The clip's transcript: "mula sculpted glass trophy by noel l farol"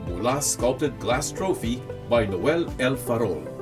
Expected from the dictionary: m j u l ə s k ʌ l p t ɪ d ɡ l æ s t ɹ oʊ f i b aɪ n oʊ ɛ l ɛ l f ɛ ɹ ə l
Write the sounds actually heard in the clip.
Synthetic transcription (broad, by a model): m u l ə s k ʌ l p t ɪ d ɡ l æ s t ɹ oʊ f i b aɪ n oʊ ɛ l ɛ l f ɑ ɹ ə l